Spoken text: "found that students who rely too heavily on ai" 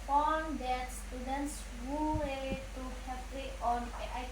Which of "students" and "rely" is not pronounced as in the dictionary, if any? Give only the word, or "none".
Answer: rely